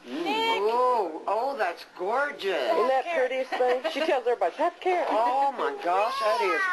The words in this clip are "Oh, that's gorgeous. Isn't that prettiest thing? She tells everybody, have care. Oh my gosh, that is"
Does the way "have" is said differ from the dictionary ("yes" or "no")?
yes